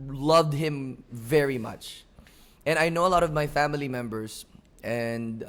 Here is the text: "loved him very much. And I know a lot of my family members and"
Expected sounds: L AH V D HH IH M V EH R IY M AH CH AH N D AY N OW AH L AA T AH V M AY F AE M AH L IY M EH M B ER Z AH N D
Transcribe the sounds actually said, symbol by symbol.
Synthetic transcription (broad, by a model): L AH V D HH IH M V EH R IY M AH CH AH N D AY N OW AH L AA T AH V M AY F AE M AH L IY M EH M B ER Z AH N D